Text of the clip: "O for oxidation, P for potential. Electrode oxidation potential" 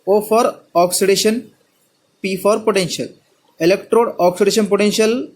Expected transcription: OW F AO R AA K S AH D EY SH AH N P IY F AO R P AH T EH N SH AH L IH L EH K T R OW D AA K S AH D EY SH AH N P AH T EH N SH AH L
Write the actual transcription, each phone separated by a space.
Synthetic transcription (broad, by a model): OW F AO R AA K S AH D EY SH AH N P IY F AO R P AH T EH N SH AH L IH L EH K T R OW D AA K S AH D EY SH AH N P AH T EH N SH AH L